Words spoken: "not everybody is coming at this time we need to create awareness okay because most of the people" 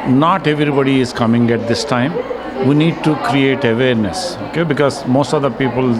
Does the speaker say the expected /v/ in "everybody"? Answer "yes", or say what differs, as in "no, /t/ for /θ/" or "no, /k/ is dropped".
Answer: yes